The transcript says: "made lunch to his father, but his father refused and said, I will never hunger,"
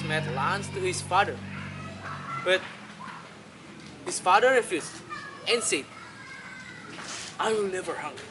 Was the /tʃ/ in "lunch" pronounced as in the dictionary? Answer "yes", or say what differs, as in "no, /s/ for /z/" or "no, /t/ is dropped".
no, /s/ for /tʃ/